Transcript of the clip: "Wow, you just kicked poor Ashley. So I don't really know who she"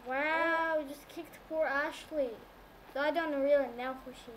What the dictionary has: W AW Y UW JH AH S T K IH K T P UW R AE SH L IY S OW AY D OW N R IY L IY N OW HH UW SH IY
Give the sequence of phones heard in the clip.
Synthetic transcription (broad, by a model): W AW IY JH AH S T K IH K T P UW R AE SH L IY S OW AY D OW N R IY L IY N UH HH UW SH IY